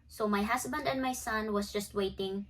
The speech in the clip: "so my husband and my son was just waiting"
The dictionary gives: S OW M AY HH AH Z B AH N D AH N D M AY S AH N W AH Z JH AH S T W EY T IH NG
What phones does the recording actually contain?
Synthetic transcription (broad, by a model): S OW M AY HH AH S B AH N D AH N D M AY S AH N W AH S JH AH S T W EY T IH NG